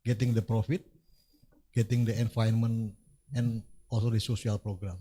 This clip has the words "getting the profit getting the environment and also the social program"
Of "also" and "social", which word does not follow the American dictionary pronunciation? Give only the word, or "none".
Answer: social